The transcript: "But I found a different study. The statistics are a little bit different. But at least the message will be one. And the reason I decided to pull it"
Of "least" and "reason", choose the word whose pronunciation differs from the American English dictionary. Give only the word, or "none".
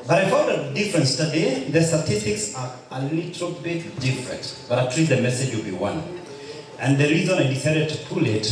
least